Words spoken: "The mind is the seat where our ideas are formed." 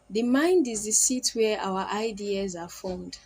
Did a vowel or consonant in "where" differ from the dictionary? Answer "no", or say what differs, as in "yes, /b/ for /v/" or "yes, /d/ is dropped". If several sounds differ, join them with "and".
yes, /w/ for /ɹ/